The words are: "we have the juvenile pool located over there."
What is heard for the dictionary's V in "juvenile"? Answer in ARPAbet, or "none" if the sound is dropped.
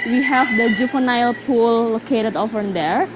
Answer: F